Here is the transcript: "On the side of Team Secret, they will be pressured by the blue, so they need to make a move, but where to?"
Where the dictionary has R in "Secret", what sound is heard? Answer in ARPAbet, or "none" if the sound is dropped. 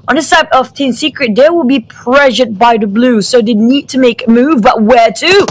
R